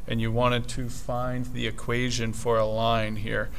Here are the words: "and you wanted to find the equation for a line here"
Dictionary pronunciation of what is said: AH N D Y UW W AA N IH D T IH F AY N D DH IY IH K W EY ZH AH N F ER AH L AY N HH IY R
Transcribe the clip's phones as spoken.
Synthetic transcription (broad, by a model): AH N Y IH W AA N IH D T IH F AY N DH IY IH K W EY ZH AH N F ER AH L AY N HH IY R